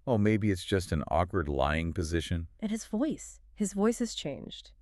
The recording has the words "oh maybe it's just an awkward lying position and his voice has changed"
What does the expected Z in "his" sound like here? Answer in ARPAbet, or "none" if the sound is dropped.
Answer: Z